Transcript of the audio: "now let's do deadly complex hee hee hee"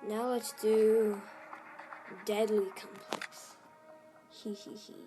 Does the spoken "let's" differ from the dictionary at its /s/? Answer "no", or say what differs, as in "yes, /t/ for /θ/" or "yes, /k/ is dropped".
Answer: yes, /s/ is dropped